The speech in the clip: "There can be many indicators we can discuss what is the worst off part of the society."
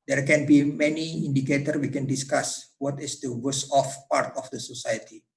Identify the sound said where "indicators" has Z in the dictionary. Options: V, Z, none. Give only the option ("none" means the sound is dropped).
none